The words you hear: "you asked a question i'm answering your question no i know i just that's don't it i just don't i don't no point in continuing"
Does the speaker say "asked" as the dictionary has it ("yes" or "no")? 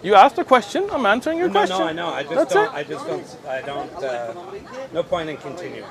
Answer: yes